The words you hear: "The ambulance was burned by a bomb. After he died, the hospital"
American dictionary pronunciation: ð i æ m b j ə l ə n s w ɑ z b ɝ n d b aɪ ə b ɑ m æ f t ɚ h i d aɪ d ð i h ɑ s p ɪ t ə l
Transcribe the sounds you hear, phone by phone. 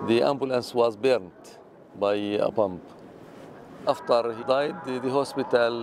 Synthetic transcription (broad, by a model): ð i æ m b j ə l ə n s w ɑ z b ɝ n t b aɪ ə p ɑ m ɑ f t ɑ h i d aɪ d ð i h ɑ s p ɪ t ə l